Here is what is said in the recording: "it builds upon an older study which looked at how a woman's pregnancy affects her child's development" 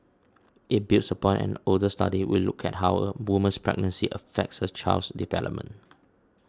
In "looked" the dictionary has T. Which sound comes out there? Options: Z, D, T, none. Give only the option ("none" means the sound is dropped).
none